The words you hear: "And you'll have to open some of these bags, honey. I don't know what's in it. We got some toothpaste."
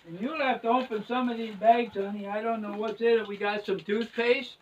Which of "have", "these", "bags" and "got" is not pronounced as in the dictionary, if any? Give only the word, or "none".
have